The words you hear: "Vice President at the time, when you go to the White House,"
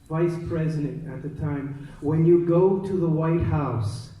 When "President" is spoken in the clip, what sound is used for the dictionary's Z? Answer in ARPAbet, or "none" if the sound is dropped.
Z